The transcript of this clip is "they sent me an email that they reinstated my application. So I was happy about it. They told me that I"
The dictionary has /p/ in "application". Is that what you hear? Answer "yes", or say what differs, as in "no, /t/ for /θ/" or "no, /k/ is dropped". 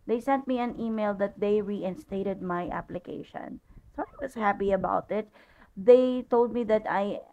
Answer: yes